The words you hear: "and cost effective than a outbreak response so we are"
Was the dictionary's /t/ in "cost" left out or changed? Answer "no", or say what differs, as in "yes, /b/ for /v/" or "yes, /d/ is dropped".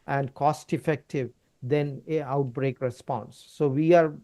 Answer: no